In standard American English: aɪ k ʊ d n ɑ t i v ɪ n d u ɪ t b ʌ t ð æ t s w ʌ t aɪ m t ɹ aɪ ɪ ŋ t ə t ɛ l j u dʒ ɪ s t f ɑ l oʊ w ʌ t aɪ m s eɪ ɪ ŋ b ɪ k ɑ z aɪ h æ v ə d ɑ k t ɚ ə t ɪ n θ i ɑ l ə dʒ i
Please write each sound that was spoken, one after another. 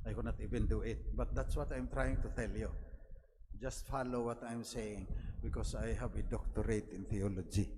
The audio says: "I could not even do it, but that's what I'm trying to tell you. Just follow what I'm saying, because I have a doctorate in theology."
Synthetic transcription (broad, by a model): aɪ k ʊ n ɑ t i b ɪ n d u ɪ t b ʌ t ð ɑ t s w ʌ t aɪ m t ɹ aɪ ɪ ŋ t ə t ɛ l j u dʒ ɪ s t f ɑ l oʊ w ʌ t aɪ m s eɪ ɪ ŋ b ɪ k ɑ s aɪ h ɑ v ə d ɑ k t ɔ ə t ɪ n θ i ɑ l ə dʒ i